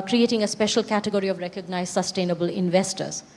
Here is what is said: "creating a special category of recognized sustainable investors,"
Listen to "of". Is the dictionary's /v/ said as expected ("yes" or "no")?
yes